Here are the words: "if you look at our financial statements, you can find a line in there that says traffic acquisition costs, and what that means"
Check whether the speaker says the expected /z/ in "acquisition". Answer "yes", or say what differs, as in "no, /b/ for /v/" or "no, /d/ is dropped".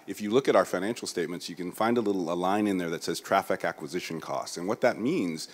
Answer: yes